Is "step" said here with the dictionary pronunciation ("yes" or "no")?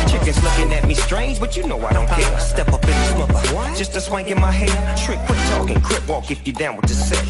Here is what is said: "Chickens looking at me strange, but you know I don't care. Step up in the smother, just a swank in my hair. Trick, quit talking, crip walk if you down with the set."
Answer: yes